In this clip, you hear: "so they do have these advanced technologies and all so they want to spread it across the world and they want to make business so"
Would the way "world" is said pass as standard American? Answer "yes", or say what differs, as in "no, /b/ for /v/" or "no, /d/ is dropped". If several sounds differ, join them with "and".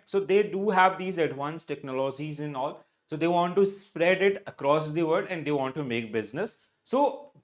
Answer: no, /l/ is dropped